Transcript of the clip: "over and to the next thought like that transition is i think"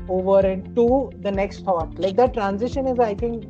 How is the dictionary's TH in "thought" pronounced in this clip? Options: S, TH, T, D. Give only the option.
T